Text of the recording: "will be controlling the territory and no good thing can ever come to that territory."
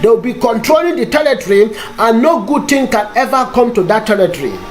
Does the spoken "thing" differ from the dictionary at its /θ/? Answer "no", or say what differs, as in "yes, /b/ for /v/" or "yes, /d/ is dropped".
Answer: yes, /t/ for /θ/